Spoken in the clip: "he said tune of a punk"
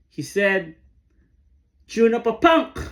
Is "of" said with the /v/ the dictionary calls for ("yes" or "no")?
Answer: no